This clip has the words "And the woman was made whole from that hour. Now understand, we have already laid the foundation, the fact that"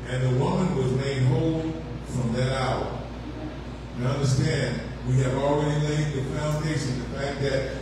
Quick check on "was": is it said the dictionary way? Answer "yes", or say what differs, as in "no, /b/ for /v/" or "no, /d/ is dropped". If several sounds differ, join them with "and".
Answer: yes